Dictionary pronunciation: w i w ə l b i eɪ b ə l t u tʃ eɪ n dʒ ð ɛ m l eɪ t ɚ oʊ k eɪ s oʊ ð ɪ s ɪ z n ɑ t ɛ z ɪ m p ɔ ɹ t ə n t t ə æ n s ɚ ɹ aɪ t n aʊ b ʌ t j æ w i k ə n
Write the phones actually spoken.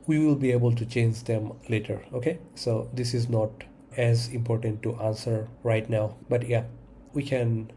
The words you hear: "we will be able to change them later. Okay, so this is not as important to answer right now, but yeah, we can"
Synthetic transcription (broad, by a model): w i w ə l b i eɪ b ə l t u tʃ eɪ n dʒ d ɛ m l eɪ t ɚ oʊ k eɪ s oʊ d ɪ s ɪ z n ɑ t ɛ z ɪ m p ɔ ɹ t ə n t t ə n s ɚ ɹ aɪ t n aʊ b ʌ t j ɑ w i k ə n